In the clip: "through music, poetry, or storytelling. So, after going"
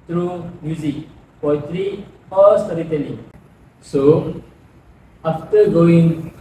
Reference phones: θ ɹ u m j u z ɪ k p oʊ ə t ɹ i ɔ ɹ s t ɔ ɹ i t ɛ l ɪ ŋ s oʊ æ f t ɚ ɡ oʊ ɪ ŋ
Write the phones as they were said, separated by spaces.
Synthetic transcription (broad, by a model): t ɹ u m j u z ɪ k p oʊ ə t ɹ i ɔ ɹ s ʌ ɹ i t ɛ n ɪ s oʊ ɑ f t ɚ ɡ oʊ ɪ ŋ